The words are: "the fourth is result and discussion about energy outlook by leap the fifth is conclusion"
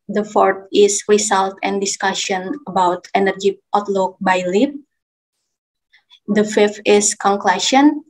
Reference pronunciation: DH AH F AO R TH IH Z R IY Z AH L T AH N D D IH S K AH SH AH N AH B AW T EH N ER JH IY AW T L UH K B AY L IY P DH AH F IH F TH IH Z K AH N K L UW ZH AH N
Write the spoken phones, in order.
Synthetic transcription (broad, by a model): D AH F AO R T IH S R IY S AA L T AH N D D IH S K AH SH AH N AH B AW T EH N ER JH IY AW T L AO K B AY L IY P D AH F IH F T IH S K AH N K L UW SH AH N